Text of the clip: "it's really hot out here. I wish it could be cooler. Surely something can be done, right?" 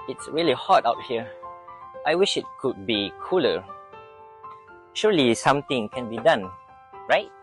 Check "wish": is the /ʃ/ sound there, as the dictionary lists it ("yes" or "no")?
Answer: yes